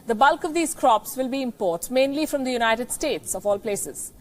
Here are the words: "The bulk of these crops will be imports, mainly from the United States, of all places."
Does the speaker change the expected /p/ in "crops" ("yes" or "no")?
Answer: no